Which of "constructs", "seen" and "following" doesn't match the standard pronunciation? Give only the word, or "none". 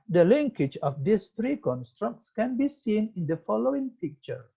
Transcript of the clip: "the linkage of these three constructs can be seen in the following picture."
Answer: none